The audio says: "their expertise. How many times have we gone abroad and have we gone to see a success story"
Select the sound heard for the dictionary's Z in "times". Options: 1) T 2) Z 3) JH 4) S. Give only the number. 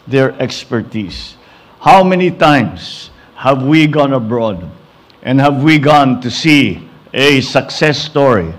4